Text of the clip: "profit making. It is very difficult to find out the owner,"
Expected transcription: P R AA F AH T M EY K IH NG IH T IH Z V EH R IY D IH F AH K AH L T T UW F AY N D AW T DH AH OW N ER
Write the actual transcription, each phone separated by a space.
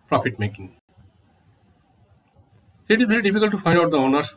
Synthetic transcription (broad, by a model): P R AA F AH T M EY K IH NG IH T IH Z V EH R IY D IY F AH K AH L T T UW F AY D AW T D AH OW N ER